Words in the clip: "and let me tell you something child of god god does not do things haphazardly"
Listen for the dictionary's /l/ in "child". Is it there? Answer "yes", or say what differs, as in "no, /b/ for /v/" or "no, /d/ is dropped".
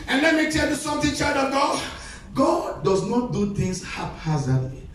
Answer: no, /l/ is dropped